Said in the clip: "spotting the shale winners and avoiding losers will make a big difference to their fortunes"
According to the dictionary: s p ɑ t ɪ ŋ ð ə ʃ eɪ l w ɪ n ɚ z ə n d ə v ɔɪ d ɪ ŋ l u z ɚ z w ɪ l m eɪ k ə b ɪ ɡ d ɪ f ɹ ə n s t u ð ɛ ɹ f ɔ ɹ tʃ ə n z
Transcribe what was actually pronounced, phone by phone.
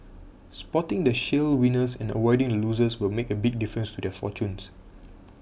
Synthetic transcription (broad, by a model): s p ɑ t ɪ ŋ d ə ʃ eɪ l w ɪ n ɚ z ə n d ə w ɔɪ d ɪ ŋ l u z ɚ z w ɪ l m eɪ k ə b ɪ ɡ d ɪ f ɹ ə n s t u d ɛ f ɔ tʃ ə n s